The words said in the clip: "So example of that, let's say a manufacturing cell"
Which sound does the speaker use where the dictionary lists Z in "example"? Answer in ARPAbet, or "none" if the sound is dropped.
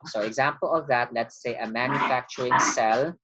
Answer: Z